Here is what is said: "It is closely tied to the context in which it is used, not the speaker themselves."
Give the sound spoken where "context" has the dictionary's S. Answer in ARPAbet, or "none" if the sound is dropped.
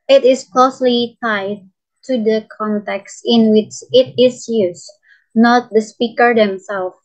S